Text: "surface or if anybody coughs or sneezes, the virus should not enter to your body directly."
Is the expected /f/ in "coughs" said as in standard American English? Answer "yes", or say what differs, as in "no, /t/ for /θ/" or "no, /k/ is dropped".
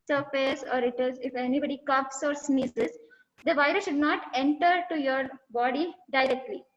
no, /p/ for /f/